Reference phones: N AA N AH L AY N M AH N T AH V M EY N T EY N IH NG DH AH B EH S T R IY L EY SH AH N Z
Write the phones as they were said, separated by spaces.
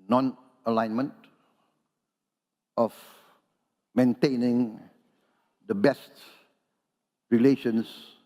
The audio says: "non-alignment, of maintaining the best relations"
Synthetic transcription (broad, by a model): N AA N AH L AY N M AH N T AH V M EY N T EY N IH NG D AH B EH S T R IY L EY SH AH N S